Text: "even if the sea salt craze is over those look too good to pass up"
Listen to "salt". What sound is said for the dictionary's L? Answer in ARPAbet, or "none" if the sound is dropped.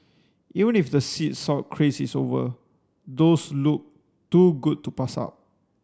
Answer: none